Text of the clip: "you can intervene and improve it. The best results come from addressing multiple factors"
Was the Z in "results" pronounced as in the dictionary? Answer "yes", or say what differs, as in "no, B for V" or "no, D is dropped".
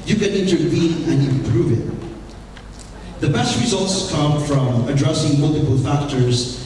yes